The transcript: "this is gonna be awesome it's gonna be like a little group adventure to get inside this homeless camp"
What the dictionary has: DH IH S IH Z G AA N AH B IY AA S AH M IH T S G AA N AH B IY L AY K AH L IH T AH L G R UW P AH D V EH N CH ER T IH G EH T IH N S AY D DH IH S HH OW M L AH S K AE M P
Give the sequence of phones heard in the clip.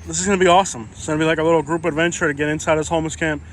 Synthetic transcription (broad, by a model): DH IH S IH Z G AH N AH B IY AA S AH M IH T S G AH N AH B IY L AY K AH L IH T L G R UW P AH D V EH N CH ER T IH G EH T IH N S AY D DH IH S HH OW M AH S K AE M P